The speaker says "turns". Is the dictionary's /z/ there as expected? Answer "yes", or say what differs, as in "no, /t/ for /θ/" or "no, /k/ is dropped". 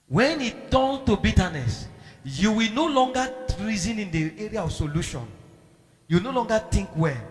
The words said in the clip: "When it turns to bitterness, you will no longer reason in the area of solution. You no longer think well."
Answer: no, /z/ is dropped